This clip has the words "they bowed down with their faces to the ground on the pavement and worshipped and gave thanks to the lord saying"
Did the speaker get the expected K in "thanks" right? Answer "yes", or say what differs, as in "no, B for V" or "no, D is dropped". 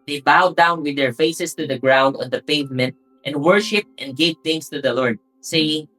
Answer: no, K is dropped